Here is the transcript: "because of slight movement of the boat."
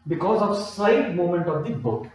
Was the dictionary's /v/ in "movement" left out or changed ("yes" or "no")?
yes